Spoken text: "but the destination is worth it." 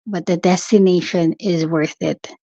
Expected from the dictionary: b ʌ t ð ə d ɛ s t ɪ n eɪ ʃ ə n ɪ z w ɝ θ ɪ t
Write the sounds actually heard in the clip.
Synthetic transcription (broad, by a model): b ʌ t ð ə d ɛ s t ɪ n eɪ ʃ ə n ɪ z w ɝ θ ɪ t